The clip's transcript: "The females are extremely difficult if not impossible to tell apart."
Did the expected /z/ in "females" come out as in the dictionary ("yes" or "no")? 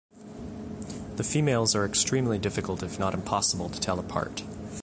yes